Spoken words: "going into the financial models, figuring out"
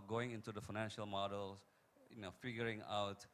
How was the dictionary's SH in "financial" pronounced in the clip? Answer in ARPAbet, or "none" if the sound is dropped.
SH